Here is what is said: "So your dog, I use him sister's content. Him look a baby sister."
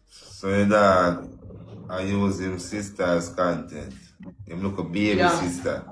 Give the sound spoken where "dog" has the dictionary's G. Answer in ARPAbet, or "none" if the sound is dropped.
none